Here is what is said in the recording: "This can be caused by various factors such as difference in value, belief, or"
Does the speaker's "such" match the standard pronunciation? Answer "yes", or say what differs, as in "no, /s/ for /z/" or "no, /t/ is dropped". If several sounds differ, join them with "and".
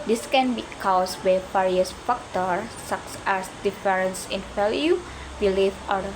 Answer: no, /s/ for /tʃ/